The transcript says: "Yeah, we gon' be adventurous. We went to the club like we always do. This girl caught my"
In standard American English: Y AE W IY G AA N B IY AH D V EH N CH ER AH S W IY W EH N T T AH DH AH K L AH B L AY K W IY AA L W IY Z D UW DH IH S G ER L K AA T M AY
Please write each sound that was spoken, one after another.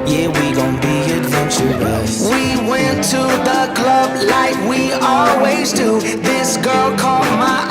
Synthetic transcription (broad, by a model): Y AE W IY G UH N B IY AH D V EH N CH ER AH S W IY W EH N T T AH DH AH K L AH B L AY K W IY AA L W IY Z D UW DH IH S G ER L K AA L M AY